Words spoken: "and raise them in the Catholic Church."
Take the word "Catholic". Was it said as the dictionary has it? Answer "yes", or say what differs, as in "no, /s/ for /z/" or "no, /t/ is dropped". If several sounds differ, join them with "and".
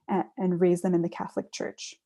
yes